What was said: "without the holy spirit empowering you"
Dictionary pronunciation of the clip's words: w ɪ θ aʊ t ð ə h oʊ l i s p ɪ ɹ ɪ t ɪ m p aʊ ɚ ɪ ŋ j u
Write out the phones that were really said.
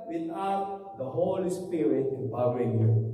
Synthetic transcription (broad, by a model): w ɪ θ aʊ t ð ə h oʊ l i s p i ɹ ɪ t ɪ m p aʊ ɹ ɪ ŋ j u